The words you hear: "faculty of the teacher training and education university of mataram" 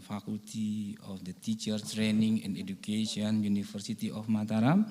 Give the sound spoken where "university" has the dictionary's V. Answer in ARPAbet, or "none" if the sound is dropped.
F